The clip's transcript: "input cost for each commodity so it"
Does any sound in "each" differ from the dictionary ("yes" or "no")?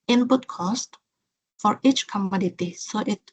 no